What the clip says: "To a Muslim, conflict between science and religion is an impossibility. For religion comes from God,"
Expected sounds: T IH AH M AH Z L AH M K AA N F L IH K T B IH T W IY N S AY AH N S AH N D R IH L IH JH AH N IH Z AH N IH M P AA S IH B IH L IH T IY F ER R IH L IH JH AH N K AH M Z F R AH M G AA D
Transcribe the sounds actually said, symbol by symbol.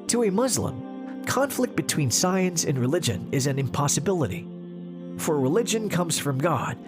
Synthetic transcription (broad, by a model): T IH AH M AH Z L AH M K AA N F L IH K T B IH T W IY N S AY AH N S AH N R IH L IH JH AH N IH Z AH N IH M P AA S IH B IH L IH T IY F ER R IH L IH JH AH N K AH M Z F R AH M G AA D